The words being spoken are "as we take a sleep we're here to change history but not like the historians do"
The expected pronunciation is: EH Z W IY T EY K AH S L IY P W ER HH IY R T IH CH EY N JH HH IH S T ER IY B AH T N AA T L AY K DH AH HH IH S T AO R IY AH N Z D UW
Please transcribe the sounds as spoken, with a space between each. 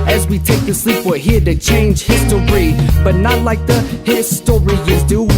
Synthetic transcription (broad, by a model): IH Z W IY T EY K AH S L IY P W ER HH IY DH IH CH EY N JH HH IH S T ER IY B AH T N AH T L AY K DH AH HH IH S T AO R IY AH Z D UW